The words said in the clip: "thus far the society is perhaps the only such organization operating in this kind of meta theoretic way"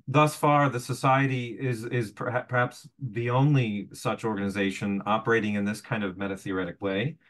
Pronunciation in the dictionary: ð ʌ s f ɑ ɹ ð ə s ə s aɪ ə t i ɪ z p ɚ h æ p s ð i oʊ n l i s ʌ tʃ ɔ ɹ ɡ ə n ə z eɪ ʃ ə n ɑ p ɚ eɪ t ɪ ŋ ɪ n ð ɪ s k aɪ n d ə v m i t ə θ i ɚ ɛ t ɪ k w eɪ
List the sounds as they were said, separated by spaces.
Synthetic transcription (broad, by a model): ð ʌ s f ɑ ɹ ð ə s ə s aɪ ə t i ɪ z p ɚ h æ p s ð i oʊ n l i s ʌ tʃ ɔ ɹ ɡ ə n ə z eɪ ʃ ə n ɑ p ɚ eɪ t ɪ ŋ ɪ n ð ɪ s k aɪ n d ə v m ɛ t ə θ i ɚ ɛ t ɪ k w eɪ